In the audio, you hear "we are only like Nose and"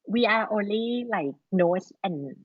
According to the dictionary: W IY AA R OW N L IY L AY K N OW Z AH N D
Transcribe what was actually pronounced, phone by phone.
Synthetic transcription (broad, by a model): W IY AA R OW N L IY L AY K N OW S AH N